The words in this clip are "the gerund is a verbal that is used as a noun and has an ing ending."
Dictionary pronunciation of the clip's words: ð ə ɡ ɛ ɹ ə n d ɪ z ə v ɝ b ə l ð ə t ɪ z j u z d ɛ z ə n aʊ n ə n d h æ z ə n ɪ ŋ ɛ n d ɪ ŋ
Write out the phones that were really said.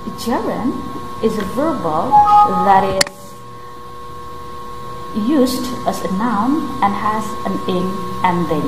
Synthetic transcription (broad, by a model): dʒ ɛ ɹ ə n ɪ z ə v ɝ b ə l ð ə t ɪ z j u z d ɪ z ə n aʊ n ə n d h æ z ə n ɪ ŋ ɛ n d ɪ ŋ